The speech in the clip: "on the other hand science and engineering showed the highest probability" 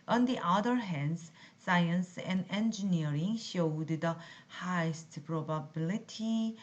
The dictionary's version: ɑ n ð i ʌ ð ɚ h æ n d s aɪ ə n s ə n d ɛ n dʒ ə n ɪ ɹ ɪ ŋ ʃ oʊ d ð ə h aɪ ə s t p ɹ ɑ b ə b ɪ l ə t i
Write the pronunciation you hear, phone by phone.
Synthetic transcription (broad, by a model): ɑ n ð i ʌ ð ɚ h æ n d s aɪ ə n s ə n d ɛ n dʒ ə n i ɹ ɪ ŋ ʃ oʊ d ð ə h aɪ ə s t p ɹ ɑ b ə b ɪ l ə t i